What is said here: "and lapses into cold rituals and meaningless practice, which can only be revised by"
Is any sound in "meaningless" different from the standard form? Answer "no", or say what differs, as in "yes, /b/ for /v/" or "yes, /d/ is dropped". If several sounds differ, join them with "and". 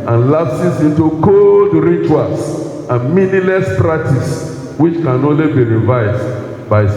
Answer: yes, /ŋ/ is dropped